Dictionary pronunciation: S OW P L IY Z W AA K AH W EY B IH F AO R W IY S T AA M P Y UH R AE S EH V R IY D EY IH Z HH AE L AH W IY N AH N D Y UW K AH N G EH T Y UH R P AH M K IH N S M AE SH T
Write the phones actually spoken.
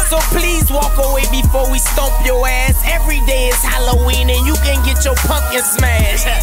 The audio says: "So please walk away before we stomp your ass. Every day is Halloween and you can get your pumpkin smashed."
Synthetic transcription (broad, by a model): S OW P L IY Z W AA K AH W EY B IH F AO R W IY S T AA P Y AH R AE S EH V R IY D EY IH Z HH AE L AH W IY N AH N Y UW K AH N G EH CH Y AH R P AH K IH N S M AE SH